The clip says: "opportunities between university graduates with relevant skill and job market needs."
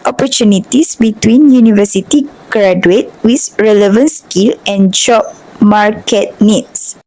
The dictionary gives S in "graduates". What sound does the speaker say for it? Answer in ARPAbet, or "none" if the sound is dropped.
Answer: none